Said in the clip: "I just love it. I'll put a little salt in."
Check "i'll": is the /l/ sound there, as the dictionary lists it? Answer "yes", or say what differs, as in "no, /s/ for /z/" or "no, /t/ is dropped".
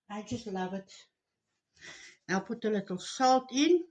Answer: no, /w/ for /l/